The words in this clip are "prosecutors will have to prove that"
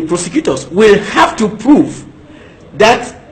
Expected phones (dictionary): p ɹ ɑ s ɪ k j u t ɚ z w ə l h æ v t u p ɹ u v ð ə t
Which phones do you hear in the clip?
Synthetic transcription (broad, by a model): p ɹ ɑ s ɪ k j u t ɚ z w ə l h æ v t u p ɹ u v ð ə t